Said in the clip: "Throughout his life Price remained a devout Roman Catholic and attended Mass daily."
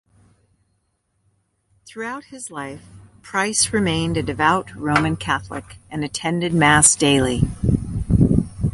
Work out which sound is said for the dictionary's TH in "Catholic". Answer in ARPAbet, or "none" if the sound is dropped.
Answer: TH